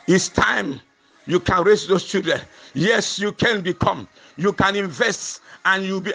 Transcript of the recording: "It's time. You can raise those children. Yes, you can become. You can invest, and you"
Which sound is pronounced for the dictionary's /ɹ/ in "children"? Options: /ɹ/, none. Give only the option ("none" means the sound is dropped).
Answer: none